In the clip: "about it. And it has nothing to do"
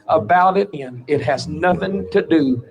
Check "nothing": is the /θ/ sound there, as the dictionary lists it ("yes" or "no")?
yes